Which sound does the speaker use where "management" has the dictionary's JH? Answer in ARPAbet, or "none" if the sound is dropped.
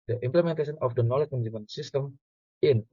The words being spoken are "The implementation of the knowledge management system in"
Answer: none